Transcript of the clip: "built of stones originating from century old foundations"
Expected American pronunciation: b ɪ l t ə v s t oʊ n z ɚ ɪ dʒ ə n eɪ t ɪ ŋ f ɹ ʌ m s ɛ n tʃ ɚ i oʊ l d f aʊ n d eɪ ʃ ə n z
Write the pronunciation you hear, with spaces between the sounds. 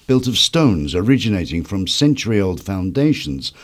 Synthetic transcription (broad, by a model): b ɪ l t ə v s t oʊ n z ɚ ɪ dʒ ə n eɪ t ɪ ŋ f ɹ ʌ m s ɛ n tʃ ɚ i oʊ l d f aʊ n d eɪ ʃ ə n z